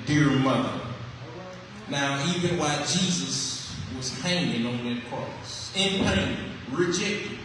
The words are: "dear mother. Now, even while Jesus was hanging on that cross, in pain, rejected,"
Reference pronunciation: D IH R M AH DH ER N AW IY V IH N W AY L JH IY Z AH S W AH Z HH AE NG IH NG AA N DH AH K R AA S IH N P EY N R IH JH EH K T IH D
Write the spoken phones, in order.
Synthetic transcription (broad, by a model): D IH R M AH DH ER N AW IY W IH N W AY JH IY Z AH S W AH Z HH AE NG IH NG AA N DH AH K R AA S IH N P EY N R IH JH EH K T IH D